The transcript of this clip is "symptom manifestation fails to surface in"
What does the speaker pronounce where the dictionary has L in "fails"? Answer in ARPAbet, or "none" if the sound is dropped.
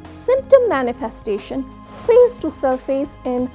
none